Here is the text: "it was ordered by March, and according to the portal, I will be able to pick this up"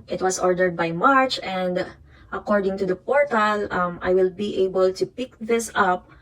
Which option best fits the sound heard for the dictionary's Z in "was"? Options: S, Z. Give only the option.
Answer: S